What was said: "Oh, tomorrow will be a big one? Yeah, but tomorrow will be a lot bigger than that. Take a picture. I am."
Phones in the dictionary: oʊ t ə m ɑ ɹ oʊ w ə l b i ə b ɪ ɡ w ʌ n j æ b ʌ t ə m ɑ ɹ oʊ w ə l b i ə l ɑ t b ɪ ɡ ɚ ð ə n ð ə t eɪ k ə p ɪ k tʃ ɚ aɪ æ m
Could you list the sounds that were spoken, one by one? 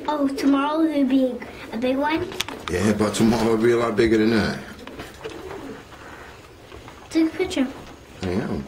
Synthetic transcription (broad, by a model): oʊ t ə m ɑ ɹ oʊ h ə b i ə b ɪ ɡ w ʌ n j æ b ʌ t ə m ɑ ɹ oʊ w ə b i ə l ɑ t b ɪ ɡ ɚ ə n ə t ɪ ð ə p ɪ tʃ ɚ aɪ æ